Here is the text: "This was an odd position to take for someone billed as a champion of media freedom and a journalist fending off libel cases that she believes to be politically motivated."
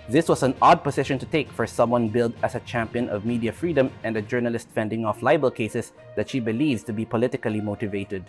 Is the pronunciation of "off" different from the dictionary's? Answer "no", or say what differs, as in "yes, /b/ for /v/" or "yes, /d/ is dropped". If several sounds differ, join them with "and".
no